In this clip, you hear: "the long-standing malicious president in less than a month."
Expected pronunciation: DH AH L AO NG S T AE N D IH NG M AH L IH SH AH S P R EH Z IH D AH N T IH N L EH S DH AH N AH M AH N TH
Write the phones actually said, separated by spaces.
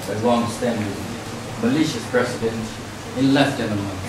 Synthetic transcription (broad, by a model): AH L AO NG S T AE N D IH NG M AH L IH SH AH S P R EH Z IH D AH N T IH N L EH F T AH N AH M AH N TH